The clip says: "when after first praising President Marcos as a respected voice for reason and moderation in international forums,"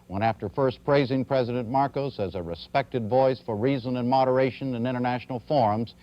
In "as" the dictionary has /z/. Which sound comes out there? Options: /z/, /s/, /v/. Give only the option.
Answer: /z/